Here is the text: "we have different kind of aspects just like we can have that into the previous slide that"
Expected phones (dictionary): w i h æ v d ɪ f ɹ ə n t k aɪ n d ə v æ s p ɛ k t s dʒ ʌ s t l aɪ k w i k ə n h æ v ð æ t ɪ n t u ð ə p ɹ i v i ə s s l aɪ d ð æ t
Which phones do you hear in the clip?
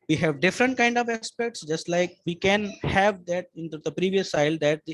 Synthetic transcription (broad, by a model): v i h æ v d ɪ f ɹ ə n t k aɪ n d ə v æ s p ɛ k t s dʒ ʌ s t l aɪ k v i k ə n h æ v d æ t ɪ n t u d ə p ɹ i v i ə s s aɪ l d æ t